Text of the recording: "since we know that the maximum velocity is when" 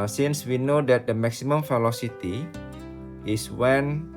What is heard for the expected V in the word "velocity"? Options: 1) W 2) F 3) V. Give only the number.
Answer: 2